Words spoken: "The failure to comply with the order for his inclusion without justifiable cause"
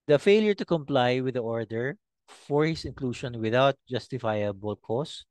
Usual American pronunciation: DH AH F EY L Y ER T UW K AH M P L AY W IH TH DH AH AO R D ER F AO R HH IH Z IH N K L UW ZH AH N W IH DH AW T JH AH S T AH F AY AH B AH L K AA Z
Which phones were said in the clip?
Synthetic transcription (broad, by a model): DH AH F EY L Y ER T UW K AH M P L AY W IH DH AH AO R D ER F AO R HH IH S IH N K L UW SH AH N W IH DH AW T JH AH S T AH F AY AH B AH L K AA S